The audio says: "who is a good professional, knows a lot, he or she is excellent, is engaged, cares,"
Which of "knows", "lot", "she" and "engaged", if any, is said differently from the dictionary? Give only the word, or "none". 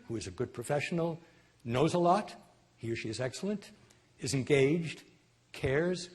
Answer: none